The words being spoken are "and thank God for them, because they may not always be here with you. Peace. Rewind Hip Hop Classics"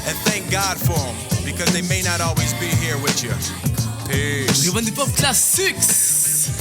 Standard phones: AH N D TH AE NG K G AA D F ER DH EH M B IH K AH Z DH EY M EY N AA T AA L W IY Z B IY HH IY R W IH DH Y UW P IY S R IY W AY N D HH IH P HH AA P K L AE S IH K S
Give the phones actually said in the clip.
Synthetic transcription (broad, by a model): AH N TH AE NG K G AA D F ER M B IH K AH Z DH EY M EY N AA T AA L W IY Z B IY HH IY R W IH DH Y UW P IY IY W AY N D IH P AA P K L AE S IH K S